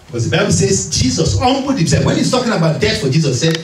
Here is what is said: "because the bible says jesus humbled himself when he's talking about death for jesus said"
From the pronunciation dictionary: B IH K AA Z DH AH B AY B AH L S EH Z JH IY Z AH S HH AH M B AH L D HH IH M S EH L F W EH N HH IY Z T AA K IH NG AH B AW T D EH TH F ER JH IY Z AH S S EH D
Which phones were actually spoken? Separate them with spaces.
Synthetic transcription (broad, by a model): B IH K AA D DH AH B AY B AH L S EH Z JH IY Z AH S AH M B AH D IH S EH W EH N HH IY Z T AA K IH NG AH B AW T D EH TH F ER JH IY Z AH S S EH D